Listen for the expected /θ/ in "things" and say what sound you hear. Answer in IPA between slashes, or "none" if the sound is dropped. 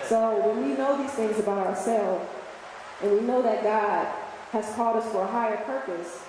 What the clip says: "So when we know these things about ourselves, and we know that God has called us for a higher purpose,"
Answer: /θ/